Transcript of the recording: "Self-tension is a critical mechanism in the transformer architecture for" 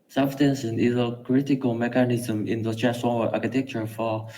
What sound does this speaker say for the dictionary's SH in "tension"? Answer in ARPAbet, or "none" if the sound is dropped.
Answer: S